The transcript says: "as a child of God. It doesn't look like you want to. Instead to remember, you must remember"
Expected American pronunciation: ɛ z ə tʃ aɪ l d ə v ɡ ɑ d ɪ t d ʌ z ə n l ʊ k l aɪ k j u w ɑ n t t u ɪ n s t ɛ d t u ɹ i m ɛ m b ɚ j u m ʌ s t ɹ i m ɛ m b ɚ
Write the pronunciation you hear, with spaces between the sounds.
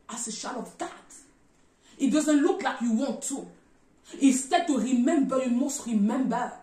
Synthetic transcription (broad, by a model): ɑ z ə ʃ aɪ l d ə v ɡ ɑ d ɪ t d ʌ z ə n l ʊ k l aɪ k j u w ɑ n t t u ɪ s t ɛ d t u ɹ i m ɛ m b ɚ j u m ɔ s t ɹ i m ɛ m b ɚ